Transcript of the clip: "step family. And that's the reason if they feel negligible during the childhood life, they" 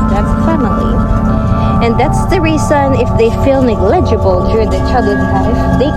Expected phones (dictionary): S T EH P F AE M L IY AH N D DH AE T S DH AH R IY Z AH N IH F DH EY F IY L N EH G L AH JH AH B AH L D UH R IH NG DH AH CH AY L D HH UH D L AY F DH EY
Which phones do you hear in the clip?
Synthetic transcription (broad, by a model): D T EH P F AE M L IY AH N DH AE T S DH AH R IY Z AH N IH F DH EY F IY L N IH G L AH JH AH B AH L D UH R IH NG DH AH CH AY D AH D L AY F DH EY